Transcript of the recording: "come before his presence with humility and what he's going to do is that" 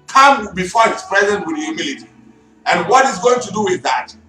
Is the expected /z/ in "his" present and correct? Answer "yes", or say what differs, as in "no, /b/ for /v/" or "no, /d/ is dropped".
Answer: no, /s/ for /z/